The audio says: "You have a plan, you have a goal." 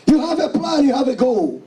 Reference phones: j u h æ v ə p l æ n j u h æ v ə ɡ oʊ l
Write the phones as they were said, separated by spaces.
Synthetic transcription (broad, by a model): j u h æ v ə p l æ n j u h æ v ə ɡ oʊ l